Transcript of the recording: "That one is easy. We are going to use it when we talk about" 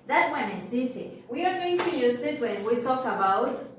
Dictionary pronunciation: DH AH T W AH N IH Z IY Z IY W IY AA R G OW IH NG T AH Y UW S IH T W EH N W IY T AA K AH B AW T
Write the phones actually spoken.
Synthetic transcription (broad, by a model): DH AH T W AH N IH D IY S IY W IY AA R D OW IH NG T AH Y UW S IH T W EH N W IY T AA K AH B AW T